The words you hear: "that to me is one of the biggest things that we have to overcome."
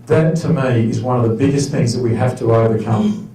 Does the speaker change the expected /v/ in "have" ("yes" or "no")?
yes